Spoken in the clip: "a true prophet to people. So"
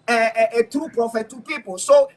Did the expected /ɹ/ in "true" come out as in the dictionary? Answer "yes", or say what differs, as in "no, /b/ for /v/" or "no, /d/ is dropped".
yes